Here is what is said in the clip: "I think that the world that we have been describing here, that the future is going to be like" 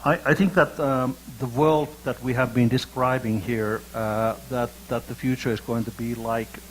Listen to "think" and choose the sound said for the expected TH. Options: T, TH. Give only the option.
TH